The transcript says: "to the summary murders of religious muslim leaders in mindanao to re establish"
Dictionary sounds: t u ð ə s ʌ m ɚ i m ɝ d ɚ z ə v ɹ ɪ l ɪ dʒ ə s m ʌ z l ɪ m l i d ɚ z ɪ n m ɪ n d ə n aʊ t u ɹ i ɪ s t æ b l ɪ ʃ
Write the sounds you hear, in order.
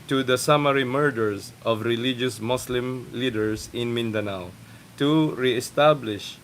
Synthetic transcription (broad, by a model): t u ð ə s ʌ m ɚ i m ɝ d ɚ s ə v ɹ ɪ l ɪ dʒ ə s m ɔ s l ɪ m l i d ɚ s ɪ n m ɪ n d ə n aʊ t u ɹ i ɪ s t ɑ b l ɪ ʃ